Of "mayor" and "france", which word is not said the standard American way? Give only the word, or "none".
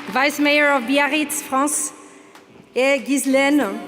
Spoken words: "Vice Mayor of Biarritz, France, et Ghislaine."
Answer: france